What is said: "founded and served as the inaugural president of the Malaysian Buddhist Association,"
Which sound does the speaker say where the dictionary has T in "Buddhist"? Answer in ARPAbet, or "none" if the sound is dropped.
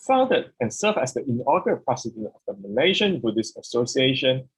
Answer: none